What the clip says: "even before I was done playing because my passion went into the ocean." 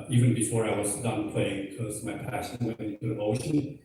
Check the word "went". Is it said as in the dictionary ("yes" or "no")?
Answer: no